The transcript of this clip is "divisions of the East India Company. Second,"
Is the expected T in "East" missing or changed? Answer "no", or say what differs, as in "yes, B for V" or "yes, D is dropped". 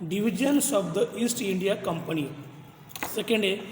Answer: no